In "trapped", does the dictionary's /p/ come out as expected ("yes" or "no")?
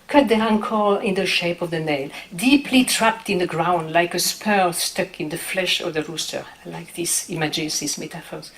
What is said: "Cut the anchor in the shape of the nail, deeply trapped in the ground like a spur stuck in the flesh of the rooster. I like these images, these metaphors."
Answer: yes